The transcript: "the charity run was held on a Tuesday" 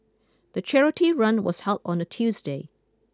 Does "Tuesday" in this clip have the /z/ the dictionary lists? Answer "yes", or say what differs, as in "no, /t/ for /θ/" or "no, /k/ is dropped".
yes